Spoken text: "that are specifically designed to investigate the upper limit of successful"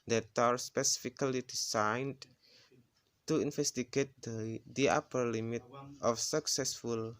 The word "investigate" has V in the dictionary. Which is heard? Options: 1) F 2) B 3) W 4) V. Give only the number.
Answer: 1